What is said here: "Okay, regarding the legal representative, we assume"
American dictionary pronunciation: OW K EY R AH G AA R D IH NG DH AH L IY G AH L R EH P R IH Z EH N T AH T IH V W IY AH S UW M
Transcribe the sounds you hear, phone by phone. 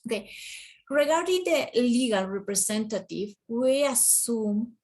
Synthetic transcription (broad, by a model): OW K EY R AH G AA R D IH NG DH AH L IY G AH L R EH P R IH S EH N T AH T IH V W IY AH S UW M